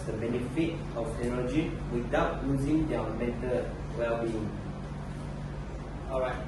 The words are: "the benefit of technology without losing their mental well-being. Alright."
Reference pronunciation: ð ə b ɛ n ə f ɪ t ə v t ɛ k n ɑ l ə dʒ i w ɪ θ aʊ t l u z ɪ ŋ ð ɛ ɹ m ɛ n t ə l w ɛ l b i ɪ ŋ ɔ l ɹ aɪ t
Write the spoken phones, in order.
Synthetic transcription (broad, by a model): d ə b ɛ n ə f ɪ t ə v t ɛ k n ɑ l ə dʒ i w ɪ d aʊ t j u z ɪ ŋ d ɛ m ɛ t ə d w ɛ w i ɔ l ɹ aɪ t